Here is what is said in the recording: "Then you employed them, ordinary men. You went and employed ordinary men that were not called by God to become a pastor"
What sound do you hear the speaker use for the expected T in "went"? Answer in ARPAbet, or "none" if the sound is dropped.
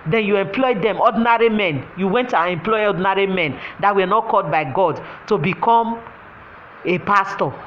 T